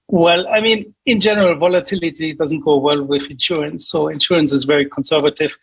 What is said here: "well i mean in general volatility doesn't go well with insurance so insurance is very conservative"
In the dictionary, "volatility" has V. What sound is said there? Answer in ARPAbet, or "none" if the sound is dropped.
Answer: V